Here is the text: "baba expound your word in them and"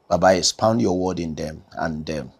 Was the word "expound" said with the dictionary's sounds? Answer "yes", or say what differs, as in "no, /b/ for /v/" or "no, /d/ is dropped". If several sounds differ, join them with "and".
no, /k/ is dropped